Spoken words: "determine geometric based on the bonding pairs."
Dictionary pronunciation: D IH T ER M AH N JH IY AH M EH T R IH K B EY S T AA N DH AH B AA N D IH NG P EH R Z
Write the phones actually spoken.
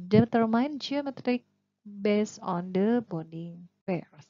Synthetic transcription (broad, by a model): D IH T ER M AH N JH IY AH M EH T R IH K B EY S AA N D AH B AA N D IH NG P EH R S